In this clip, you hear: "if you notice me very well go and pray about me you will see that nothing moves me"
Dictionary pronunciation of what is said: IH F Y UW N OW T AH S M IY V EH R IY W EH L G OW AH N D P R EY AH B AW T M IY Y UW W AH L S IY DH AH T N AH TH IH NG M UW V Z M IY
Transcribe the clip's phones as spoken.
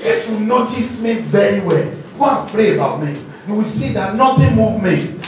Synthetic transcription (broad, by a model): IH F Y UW N OW T AH S M IY V EH R IY W EH L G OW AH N P R EY AH B AW T M IY Y UW W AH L S IY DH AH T N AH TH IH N M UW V M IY